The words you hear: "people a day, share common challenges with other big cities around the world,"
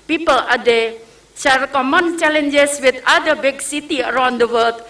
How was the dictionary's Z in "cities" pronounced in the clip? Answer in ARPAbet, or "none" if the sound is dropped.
none